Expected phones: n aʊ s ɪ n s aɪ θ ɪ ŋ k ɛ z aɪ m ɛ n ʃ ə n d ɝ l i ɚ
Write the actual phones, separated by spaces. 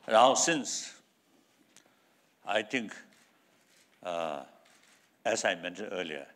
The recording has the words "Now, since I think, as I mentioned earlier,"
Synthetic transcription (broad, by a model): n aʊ s ɪ n s aɪ t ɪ ŋ k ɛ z aɪ m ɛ n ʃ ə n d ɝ l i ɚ